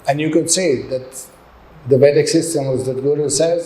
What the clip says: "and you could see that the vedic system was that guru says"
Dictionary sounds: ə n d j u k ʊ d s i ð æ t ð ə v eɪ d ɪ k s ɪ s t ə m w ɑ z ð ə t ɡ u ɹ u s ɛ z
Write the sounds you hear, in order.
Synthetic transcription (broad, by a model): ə n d j u k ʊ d s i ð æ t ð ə b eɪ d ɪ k s ɪ s t ə m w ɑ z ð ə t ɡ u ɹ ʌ s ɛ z